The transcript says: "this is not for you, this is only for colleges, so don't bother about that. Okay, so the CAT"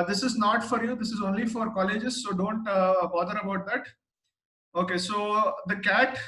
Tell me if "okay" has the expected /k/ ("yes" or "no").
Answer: yes